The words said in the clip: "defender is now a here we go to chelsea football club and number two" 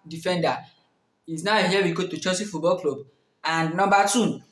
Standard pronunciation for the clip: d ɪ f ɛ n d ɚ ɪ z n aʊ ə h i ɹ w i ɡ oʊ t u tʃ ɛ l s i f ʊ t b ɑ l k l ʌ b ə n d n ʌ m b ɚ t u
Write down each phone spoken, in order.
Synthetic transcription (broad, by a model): d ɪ f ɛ n d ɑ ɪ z n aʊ ə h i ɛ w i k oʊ t u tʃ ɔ s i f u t b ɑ l k l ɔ b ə n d n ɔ m b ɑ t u